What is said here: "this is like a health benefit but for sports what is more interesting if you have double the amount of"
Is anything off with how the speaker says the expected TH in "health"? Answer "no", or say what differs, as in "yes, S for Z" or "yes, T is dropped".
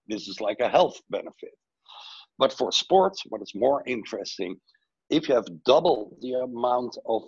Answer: no